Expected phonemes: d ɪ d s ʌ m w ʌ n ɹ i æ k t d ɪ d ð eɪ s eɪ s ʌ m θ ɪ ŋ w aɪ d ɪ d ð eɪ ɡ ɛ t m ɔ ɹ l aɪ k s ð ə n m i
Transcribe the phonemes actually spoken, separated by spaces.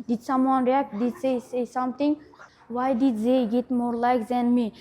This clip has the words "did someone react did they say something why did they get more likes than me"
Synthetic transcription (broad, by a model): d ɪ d s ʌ m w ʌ n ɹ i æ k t d ɪ d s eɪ s eɪ s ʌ m t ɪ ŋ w aɪ d ɪ d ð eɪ ɡ ɛ t m ɔ ɹ l aɪ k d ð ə n m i